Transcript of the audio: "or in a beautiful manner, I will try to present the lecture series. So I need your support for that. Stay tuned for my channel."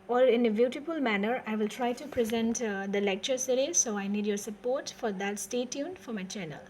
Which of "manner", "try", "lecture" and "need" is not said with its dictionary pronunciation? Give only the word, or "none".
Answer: none